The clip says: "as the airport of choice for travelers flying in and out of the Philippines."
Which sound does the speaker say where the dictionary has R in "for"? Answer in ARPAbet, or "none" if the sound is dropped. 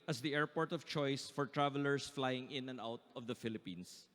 R